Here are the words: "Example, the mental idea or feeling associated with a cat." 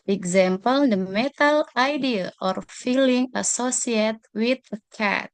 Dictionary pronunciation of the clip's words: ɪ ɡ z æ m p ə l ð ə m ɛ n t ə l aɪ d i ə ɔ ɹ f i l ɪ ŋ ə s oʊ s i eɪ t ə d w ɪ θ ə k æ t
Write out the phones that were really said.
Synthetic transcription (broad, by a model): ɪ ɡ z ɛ m p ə l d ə m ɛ t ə l aɪ d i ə ɔ ɹ f i l ɪ ŋ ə s oʊ s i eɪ t w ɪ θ ə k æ t